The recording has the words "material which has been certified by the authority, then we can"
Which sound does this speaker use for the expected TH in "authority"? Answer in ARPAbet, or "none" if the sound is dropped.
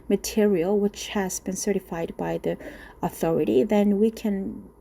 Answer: TH